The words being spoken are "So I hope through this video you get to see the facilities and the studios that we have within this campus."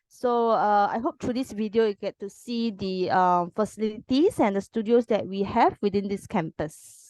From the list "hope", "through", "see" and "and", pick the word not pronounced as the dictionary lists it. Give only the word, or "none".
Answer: through